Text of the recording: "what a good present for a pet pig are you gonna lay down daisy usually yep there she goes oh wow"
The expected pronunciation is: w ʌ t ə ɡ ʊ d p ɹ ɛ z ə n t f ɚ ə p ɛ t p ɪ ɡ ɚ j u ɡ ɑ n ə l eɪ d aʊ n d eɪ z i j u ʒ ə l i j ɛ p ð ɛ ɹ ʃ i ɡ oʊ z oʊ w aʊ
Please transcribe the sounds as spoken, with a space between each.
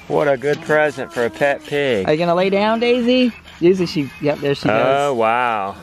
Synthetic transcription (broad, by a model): w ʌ t ə ɡ ʊ d p ɹ ɛ z ə n t f ɚ ə p ɛ t p ɪ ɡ ɚ j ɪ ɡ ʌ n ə l eɪ d aʊ n d eɪ z i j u z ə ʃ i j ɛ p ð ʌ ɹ ʃ i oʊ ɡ oʊ w aʊ